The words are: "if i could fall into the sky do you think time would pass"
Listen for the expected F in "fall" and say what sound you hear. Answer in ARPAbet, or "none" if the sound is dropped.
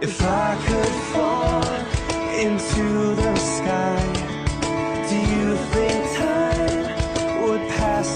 F